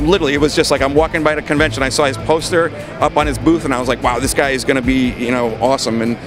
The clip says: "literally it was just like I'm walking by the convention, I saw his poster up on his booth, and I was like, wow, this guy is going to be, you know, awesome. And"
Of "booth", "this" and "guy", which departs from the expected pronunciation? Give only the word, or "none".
none